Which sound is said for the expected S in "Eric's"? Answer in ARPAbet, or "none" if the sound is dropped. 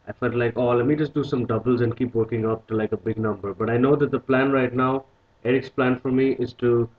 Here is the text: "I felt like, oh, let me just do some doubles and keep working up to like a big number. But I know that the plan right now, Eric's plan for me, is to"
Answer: S